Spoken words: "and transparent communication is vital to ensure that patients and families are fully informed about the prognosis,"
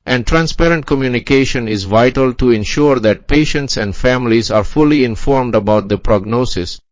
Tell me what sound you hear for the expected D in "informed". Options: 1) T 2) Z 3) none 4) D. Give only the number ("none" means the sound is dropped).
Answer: 4